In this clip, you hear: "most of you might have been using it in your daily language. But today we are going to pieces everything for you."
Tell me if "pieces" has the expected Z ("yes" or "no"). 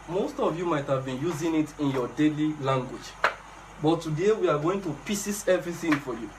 no